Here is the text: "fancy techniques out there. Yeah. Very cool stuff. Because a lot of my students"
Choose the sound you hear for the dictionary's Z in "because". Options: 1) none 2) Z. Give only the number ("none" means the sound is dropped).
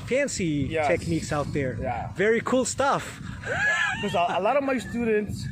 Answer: 1